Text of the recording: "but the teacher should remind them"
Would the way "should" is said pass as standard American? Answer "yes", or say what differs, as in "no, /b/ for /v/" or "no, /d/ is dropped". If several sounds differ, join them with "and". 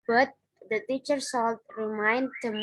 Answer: no, /s/ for /ʃ/